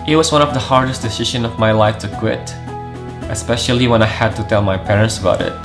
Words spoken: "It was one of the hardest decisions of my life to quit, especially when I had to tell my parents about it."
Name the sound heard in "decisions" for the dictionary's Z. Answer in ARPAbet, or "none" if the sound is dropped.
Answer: none